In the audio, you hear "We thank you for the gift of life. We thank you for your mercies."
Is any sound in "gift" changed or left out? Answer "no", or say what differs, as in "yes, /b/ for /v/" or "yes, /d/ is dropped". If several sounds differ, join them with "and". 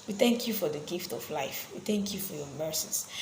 no